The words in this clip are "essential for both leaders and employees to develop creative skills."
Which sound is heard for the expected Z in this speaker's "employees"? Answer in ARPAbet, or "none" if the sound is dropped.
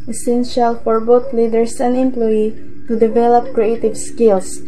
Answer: none